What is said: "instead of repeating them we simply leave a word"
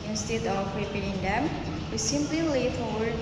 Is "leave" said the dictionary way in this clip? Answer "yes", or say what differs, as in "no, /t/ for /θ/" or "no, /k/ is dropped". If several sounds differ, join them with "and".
no, /f/ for /v/